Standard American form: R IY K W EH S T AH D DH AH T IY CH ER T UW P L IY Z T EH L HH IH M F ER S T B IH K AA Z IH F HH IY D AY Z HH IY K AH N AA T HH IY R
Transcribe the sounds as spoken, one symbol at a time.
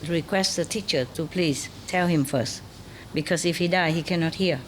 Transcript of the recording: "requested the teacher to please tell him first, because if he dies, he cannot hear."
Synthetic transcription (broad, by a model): R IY K W EH S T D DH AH T IY CH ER T UW P L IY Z T EH L HH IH M F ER S T B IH K AA S IH F HH IY D AY HH IY K AH N AA T HH IY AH